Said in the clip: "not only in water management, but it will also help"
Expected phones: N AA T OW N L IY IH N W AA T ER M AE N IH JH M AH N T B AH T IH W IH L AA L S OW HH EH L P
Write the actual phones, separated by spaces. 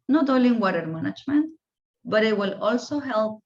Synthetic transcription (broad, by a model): N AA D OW L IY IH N W AA T ER M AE N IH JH M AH N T B AH T IH W IH L AA L S OW HH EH L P